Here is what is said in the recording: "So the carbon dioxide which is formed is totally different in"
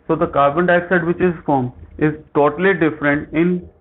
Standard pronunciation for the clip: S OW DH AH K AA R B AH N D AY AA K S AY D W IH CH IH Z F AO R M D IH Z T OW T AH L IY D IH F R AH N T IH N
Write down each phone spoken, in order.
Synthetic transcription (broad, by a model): S OW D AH K AA R B AH N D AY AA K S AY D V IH CH IH Z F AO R M IH Z T OW T AH L IY D IH F R AH N T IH N